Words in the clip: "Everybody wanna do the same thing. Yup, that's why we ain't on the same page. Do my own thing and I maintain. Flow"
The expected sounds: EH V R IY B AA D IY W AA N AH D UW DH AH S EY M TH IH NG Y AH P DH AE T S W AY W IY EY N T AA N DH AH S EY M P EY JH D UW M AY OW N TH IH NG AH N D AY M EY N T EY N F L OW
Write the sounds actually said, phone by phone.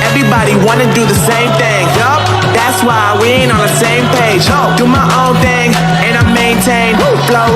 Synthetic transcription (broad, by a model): EH V R IY B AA D IY W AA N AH D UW DH AH S EY M TH IH NG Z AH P DH AE T S W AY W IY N AH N DH AH S EY M P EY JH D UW M AY OW N TH IH NG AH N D AY M EY N T EY N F L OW